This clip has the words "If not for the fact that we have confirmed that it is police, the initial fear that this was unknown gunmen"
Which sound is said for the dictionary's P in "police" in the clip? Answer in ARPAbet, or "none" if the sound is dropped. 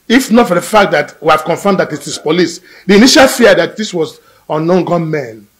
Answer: P